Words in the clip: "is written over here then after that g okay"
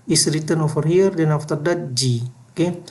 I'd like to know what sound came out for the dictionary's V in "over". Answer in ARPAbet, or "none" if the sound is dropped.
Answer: F